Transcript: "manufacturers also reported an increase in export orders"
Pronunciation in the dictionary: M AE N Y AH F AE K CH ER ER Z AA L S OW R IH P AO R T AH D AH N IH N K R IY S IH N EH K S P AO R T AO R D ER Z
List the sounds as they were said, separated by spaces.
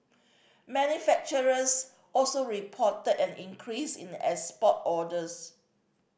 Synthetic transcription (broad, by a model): M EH N Y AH F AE K CH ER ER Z AA L S OW R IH P AO T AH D AH N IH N K R IY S IH N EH S P AO T AO D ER S